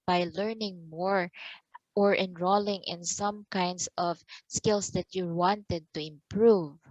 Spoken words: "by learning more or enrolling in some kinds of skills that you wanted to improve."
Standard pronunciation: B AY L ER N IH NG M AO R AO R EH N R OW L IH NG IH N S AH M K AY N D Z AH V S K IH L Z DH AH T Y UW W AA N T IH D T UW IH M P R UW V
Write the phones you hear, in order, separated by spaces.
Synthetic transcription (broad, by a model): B AY L ER N IH NG M AO R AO R EH N R OW L IH NG IH N S AH M K AY N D S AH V S K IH L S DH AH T Y UW W AA N T IH D T UW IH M P R UW V